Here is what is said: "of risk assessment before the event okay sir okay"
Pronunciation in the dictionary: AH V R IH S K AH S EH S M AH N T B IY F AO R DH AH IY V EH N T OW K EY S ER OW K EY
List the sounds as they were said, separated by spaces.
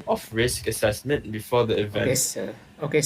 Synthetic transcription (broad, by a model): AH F R IH S K AH S EH S M AH N T B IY F AO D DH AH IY V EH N OW K EY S